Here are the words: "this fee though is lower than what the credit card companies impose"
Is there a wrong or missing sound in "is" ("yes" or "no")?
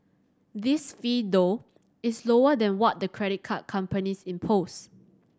yes